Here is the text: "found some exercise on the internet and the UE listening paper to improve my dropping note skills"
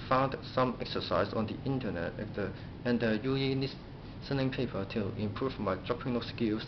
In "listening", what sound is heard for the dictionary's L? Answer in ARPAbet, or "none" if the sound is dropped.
N